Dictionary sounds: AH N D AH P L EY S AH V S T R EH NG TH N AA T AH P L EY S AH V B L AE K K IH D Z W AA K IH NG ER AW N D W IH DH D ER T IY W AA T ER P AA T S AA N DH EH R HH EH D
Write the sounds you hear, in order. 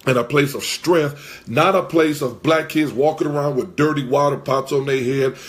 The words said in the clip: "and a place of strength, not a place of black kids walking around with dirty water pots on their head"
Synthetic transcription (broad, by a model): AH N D AH P L EY S AH V S T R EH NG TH N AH T AH P L EY S AH V B L AE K K IH D Z W AA K IH NG ER AW N D W IH DH D ER T IY W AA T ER P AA T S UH N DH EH HH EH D